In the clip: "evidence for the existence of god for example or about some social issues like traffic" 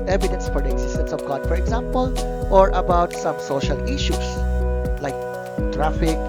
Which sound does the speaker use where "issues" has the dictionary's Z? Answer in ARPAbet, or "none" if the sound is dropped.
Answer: S